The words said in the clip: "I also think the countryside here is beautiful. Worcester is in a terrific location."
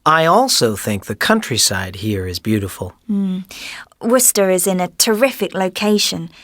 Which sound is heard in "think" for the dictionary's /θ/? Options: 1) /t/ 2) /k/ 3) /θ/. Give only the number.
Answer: 3